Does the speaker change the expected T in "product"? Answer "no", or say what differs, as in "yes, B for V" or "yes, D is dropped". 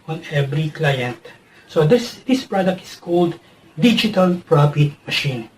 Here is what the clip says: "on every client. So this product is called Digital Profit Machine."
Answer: no